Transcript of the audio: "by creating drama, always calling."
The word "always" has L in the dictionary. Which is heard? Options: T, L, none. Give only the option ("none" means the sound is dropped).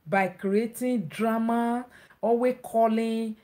none